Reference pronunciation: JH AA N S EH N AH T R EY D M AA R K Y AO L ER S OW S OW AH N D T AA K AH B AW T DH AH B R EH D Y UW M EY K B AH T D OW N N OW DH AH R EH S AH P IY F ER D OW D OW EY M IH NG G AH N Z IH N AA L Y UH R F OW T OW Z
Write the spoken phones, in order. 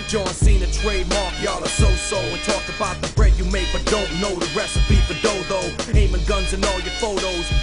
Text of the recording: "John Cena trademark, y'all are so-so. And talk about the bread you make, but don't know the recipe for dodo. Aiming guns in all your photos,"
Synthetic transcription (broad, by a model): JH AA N S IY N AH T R EY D M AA R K Y AO L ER S OW S OW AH N T AA K AH B AW T DH AH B R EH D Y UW M EY K B AH T D OW N N OW DH AH R EH S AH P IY P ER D OW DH OW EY M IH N G AH N Z IH N AA L Y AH R F OW T OW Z